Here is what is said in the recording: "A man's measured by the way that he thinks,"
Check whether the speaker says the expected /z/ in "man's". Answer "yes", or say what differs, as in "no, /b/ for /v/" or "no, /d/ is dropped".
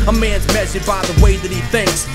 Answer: yes